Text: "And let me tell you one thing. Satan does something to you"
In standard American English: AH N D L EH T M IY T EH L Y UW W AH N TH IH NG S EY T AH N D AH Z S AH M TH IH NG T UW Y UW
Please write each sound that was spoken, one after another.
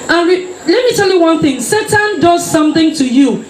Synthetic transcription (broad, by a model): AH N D L EH T M IY T EH L Y UW W AH N TH IH NG S EY T AH N D AH Z S AH M TH IH NG T UW Y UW